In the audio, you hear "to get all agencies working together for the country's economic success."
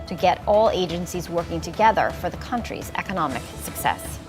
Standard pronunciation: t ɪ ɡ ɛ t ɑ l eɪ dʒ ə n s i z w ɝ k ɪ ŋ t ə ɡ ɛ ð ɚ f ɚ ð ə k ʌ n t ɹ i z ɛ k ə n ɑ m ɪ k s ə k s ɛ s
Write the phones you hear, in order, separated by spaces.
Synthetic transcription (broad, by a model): t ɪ ɡ ɛ t ɑ l eɪ dʒ ə n s i z w ɝ k ɪ ŋ t ə ɡ ɛ ð ɚ f ɚ ð ə k ʌ n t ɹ i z ɛ k ə n ɑ m ɪ k s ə k s ɛ s